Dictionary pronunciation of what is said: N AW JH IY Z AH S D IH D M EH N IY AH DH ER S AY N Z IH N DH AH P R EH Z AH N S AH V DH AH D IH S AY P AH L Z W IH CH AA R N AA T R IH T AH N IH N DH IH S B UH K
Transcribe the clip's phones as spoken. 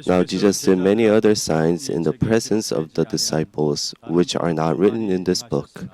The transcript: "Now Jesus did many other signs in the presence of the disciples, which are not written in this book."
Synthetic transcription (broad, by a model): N AW JH IY Z AH S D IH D M EH N IY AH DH ER S AY N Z IH N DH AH P R EH Z AH N S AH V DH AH D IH S AY P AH L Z W IH CH AA R N AA T R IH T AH N IH N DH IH S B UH K